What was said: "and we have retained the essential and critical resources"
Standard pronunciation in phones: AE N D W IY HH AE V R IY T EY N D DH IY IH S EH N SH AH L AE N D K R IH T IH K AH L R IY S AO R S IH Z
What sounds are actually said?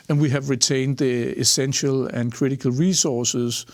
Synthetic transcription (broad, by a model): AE N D W IY HH AE V R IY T EY N D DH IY IH S EH N SH AH L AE N K R IH T IH K AH L R IY S AO S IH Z